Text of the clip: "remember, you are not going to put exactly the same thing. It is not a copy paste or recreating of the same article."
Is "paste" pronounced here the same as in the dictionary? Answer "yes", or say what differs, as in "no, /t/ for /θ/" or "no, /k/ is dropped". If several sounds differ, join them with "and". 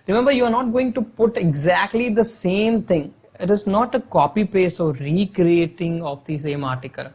no, /t/ is dropped